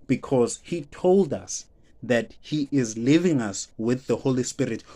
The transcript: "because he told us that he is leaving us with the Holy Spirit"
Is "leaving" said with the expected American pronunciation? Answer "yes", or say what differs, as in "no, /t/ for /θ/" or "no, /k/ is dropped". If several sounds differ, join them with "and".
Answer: yes